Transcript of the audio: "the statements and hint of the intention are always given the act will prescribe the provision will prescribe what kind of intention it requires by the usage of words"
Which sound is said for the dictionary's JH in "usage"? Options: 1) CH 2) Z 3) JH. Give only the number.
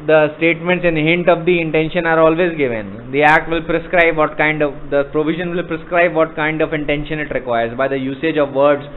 3